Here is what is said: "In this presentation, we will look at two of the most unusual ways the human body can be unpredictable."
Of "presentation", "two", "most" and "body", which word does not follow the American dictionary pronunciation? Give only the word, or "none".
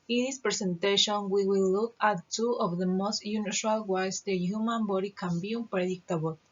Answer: presentation